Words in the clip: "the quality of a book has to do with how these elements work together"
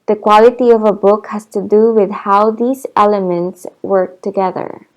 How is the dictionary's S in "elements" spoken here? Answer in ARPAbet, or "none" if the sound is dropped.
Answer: S